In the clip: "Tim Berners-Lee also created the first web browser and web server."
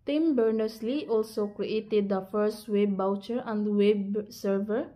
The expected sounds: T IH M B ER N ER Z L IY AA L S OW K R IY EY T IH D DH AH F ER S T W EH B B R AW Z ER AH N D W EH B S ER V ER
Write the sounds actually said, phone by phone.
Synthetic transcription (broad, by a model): T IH M B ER N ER S L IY AA L S OW K R IY EY T IH D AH F ER S T W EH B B AW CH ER AH N D W EH B S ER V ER